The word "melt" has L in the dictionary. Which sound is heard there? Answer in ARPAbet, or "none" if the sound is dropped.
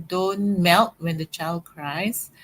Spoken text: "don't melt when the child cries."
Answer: L